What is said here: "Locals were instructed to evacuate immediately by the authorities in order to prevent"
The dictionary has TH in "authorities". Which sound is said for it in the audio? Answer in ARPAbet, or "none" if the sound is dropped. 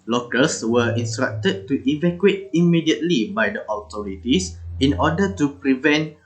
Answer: T